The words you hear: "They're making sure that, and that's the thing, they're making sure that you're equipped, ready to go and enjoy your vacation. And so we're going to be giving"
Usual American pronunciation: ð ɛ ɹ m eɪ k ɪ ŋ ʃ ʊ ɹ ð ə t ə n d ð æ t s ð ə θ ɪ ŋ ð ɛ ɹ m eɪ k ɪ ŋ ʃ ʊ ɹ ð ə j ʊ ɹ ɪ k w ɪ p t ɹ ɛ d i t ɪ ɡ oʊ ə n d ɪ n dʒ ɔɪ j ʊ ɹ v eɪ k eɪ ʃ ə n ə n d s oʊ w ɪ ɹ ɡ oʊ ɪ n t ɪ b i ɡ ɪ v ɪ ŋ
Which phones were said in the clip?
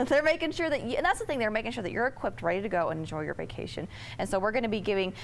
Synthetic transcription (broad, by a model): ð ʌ ɹ m eɪ k ɪ ŋ ʃ ʊ ɹ ð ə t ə n ð æ t s ð ə θ ɪ ŋ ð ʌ ɹ m eɪ k ɪ ŋ ʃ ʊ ɹ ð ə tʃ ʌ ɹ ɪ k w ɪ p t ɹ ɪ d t ɪ ɡ oʊ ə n ɪ n dʒ ɔɪ j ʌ ɹ v eɪ k eɪ ʃ ə n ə n s oʊ w ɪ ɹ ɡ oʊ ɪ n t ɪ b i ɡ ɪ v ɪ ŋ